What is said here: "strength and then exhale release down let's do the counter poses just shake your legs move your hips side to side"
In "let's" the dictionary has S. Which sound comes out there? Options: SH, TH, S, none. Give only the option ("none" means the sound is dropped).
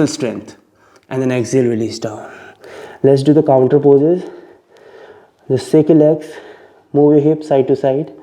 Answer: S